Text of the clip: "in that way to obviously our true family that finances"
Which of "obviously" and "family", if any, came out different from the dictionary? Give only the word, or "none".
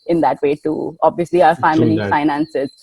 family